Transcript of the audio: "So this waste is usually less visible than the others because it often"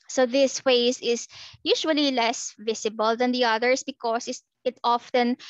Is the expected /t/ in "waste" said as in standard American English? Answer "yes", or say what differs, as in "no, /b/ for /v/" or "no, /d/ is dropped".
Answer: no, /t/ is dropped